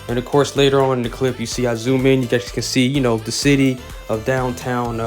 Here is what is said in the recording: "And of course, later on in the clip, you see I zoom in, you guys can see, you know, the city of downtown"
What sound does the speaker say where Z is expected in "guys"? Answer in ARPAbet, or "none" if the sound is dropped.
S